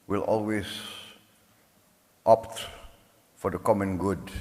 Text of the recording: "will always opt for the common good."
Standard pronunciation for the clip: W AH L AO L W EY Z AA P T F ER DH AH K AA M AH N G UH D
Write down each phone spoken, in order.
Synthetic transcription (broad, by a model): W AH L AO L W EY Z AA P T F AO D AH K AA M AH N G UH D